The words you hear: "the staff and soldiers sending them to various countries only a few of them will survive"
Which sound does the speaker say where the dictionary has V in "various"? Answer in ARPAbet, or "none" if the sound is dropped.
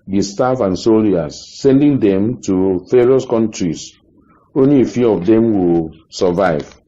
F